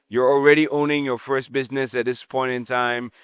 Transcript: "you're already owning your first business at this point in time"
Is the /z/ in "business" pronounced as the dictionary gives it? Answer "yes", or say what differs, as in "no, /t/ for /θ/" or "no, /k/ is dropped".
yes